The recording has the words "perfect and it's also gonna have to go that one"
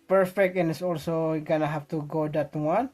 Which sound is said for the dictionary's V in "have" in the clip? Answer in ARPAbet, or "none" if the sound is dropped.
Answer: F